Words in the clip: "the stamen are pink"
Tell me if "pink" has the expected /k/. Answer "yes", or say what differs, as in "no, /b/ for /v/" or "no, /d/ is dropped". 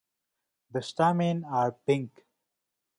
yes